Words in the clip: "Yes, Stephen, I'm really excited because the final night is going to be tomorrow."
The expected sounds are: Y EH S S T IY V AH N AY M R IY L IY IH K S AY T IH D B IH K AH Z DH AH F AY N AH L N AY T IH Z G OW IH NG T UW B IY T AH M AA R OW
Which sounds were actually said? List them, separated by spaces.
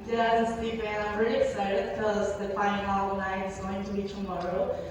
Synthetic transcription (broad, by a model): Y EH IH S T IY P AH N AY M R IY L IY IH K S AY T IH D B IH K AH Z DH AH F AY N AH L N AY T IH Z G OW IH NG T UW B IY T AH M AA R OW